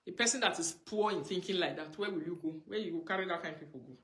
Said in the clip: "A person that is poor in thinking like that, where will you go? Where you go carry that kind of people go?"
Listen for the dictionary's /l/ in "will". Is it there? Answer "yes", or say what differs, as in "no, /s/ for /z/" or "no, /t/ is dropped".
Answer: yes